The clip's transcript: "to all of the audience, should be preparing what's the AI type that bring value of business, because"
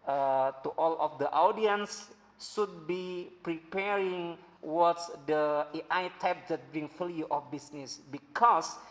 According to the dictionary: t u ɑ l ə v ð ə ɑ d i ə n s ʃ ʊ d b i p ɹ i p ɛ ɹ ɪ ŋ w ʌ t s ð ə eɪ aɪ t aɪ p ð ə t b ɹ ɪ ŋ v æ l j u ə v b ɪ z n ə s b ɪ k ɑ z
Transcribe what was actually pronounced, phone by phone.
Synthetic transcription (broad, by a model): t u ɑ l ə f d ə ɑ d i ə n s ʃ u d b i p ɹ i p ɛ ɹ ɪ ŋ w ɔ t s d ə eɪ aɪ t aɪ p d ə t b ɹ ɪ ŋ f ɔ l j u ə f b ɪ s n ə s b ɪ k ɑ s